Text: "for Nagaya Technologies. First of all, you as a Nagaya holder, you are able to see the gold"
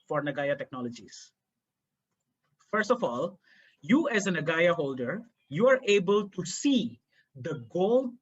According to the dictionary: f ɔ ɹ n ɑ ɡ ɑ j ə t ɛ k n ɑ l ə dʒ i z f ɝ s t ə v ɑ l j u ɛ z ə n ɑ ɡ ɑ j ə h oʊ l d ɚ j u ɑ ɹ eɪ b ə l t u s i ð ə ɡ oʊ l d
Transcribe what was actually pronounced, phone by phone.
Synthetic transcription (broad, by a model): f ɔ ɹ n ɑ ɡ ɑ j ə t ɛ k n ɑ l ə dʒ i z f ɝ s t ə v ɑ l j u ɛ z ə n ɑ ɡ ɑ j ə h oʊ l d ɚ j u ɑ ɹ eɪ b ə l t u s i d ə ɡ oʊ l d